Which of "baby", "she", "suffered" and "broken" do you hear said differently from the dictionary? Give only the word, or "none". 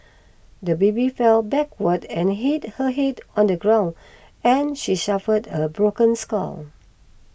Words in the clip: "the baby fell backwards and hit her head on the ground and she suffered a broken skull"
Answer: suffered